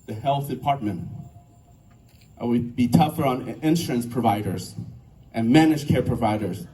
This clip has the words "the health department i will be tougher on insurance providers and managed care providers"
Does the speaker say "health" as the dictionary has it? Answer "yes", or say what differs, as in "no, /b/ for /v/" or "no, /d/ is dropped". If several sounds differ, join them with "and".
yes